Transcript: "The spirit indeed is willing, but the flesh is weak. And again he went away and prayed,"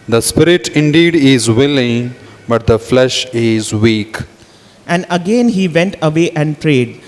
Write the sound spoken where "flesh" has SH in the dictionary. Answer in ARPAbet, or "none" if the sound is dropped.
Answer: SH